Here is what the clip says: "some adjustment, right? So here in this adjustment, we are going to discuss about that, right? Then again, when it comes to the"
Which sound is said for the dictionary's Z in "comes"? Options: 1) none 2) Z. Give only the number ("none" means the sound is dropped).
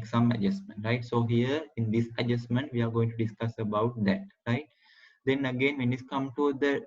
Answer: 1